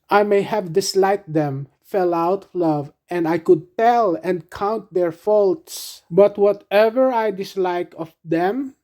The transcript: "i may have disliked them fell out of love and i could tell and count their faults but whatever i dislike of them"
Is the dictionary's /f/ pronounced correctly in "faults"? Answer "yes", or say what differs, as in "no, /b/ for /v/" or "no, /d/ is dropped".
yes